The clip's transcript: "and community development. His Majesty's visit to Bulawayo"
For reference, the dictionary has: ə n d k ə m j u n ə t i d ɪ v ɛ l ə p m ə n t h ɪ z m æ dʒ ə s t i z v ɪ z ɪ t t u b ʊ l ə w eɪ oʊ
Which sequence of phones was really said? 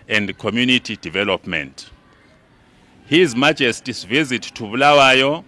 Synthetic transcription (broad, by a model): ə n d k ə m j u n ə t i d ɪ v ɛ l ə p m ə n t h ɪ z m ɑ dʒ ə s t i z v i z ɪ t t u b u l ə w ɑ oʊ